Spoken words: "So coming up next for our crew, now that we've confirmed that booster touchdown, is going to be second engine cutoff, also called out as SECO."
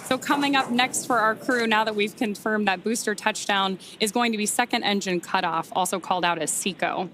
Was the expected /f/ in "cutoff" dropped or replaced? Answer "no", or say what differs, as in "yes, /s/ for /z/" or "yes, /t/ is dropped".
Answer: no